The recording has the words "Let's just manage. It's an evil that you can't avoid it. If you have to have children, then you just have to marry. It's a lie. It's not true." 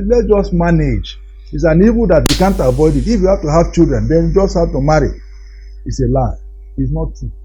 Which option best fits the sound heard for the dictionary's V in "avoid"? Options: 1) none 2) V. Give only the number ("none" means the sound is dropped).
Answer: 2